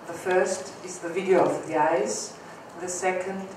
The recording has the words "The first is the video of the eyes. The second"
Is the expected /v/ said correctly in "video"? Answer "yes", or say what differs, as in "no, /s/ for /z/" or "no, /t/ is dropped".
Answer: yes